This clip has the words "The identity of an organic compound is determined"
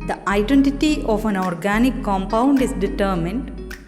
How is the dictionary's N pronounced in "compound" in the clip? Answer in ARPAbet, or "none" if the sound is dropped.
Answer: N